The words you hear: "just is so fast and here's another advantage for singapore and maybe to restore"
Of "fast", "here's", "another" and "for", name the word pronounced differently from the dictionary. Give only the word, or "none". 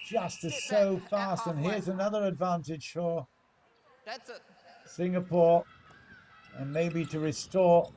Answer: none